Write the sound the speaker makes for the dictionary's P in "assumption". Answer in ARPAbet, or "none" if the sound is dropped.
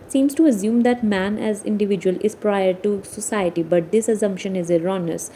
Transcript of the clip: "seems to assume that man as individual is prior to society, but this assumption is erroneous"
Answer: P